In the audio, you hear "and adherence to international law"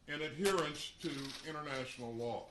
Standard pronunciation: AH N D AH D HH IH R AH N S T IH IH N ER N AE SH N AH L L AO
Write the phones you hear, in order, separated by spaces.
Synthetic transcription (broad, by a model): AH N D AH D HH IH R AH N S T IH IH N ER N AE SH N L L AO